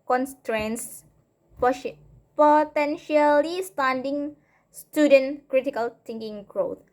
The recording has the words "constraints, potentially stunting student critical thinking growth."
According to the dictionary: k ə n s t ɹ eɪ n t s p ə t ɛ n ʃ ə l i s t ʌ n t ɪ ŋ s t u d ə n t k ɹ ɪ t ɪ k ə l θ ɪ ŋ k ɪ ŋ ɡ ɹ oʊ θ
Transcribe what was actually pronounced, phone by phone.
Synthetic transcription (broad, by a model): k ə n s t ɹ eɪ n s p p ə t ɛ n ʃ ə l i s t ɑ n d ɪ ŋ s t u d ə n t k ɹ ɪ t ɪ k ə l t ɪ ŋ k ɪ ŋ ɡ ɹ oʊ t